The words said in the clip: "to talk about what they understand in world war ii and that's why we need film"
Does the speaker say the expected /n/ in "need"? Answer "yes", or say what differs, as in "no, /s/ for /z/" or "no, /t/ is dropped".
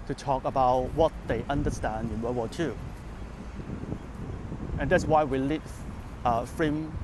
no, /l/ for /n/